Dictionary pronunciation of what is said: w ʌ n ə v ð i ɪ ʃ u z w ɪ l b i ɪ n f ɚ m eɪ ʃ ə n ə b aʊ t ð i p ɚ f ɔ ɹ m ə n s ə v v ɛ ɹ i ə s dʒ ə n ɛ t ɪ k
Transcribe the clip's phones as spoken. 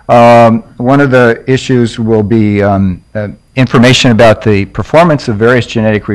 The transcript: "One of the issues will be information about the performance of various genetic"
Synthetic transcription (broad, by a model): w ʌ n ə v ð i ɪ ʃ u z w ɪ l b i ɪ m f ɚ m eɪ ʃ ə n ə b aʊ t ð i p ɚ f ɔ ɹ m ə n s ə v v ɛ ɹ i ə s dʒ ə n ɛ t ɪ k